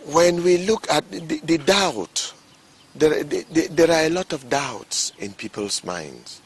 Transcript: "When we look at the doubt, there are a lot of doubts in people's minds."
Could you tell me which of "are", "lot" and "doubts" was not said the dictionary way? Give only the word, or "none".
none